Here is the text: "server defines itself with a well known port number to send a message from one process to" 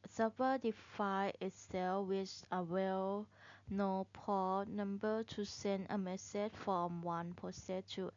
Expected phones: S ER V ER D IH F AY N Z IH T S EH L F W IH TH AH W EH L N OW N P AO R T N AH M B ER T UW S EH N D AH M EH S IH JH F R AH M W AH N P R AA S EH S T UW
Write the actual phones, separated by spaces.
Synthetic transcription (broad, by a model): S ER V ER D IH F AY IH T S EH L W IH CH AH W EH L N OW P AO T N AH M B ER T UW S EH N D AH M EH S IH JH F R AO M W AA N P AA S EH T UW